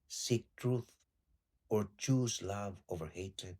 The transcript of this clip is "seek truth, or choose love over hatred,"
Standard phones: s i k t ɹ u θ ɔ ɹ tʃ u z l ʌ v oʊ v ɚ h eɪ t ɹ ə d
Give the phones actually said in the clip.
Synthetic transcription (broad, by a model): s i k t ɹ u θ ɔ ɹ tʃ u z l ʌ v oʊ v ɚ h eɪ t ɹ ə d